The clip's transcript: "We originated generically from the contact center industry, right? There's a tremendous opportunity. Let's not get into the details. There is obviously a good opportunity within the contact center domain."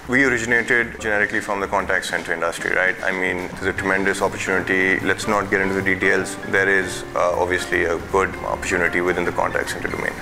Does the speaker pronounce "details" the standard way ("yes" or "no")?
yes